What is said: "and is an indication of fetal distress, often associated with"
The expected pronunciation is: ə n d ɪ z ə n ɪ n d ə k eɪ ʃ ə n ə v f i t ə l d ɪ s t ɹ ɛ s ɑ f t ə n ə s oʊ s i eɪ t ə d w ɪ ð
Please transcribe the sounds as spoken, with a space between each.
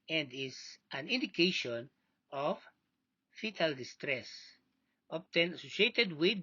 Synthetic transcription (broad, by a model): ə n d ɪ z ə n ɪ n d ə k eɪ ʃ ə n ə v f i t ə l d ɪ s t ɹ ɛ s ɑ p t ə n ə s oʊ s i eɪ t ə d w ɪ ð